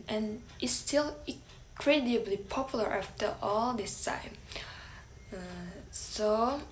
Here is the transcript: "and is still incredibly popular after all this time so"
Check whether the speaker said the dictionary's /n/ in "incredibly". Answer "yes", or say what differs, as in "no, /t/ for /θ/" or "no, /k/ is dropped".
no, /n/ is dropped